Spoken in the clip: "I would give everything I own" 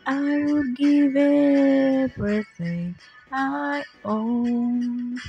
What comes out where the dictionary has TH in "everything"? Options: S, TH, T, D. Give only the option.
S